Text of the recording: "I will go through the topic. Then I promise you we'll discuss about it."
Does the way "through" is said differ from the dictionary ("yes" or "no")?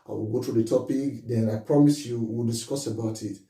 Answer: yes